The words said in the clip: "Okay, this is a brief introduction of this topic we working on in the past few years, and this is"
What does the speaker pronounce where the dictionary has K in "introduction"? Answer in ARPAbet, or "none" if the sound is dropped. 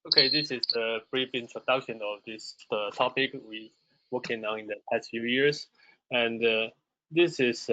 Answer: K